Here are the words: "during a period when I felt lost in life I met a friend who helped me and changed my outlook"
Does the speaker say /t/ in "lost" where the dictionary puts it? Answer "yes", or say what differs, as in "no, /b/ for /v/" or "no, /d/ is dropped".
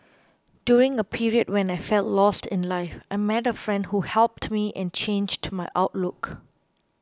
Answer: yes